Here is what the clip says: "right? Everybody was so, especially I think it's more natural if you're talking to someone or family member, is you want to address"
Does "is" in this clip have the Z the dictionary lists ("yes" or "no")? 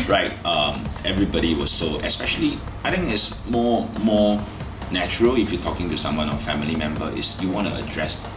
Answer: no